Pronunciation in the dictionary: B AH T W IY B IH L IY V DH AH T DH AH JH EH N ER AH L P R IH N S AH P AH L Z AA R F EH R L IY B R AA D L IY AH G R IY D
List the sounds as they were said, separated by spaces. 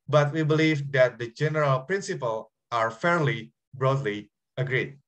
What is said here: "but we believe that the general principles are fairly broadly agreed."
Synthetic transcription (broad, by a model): B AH T W IY B IH L IY V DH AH T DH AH JH EH N ER AH L P R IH N S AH P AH L AA R F EH R L IY B R AA D L IY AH G R IY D